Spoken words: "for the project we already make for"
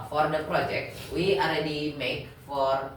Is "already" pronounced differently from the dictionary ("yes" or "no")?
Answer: no